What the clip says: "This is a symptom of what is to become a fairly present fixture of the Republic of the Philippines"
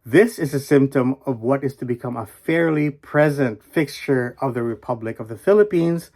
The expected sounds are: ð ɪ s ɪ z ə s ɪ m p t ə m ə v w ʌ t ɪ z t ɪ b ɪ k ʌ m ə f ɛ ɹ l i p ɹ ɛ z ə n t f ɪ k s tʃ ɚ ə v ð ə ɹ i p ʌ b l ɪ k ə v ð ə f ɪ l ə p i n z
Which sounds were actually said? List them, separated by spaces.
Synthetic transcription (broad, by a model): ð ɪ s ɪ z ə s ɪ m p t ə m ə v w ʌ t ɪ z t ɪ b ɪ k ʌ m ə f ɛ ɹ l i p ɹ ɛ z ə n t f ɪ k s tʃ ɚ ə v ð ə ɹ i p ʌ b l ɪ k ə v ð ə f ɪ l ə p i n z